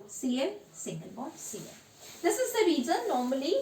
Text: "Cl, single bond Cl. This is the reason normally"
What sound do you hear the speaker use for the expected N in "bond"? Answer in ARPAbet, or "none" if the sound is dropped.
none